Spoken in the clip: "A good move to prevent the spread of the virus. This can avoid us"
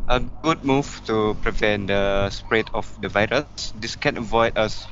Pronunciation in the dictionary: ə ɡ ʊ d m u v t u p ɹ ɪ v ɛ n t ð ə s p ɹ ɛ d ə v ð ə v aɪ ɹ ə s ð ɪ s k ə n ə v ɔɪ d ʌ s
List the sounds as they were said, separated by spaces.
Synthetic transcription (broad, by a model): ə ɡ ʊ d m u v t u p ɹ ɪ v ɛ n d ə s p ɹ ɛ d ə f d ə v aɪ ɹ ə s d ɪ s k ə n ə v ɔɪ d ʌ s